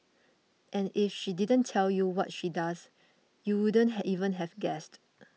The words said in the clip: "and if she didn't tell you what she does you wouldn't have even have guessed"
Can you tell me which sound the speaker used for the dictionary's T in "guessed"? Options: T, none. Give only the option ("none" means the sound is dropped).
T